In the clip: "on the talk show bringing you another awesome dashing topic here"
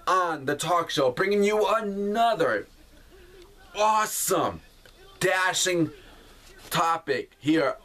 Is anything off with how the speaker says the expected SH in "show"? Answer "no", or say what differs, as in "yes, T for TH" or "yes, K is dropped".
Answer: no